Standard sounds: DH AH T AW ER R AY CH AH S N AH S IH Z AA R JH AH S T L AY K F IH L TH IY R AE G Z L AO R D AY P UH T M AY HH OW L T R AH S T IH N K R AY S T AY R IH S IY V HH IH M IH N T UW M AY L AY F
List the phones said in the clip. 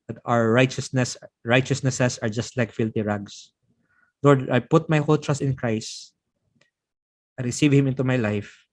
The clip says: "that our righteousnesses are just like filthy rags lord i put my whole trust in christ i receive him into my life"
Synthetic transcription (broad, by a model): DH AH T AW ER R AY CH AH S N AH S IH S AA R JH AH S T L AY K F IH L T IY R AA G S L AO R D AY P UH T M AY HH OW L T R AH S T IH N K R AY S T AY R IH S IY V HH IH M IH N T UW M AY L AY F